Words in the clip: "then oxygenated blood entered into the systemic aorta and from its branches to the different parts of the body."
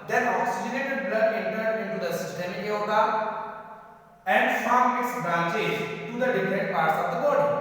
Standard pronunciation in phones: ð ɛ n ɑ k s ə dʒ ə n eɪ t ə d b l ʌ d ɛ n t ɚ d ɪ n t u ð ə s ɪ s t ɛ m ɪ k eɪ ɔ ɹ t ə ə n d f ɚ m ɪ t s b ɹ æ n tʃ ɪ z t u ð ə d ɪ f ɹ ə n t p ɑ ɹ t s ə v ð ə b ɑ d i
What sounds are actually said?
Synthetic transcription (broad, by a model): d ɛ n ɑ k s ə dʒ ə n eɪ t ə d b l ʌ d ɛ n t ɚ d ɪ n t u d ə s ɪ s t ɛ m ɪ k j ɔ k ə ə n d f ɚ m ɪ t s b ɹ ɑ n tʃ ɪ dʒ t u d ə d ɪ f ɹ ə n t p ɑ ɹ t s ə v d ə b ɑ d